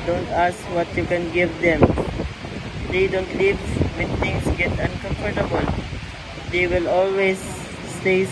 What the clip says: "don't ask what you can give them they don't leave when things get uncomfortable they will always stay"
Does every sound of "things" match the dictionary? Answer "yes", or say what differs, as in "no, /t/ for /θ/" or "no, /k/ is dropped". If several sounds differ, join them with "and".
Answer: no, /t/ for /θ/